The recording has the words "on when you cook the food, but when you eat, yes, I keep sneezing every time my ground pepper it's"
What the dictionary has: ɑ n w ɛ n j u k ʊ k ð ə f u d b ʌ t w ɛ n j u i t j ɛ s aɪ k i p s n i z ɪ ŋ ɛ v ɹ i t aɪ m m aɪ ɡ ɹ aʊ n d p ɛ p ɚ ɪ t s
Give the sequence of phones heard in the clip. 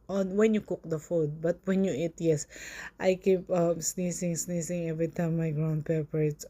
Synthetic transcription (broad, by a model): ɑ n w ɛ n j u k ʊ k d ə f u d b ʌ t w ɛ n j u i t j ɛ s aɪ k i p s n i s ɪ ŋ ɛ v ɹ i t aɪ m m aɪ ɡ ɹ aʊ n d p ɛ p ɚ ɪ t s